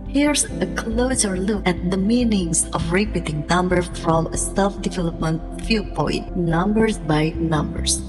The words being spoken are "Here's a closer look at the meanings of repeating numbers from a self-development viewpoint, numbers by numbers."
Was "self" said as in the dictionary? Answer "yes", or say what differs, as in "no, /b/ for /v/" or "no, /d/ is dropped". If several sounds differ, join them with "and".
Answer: no, /l/ is dropped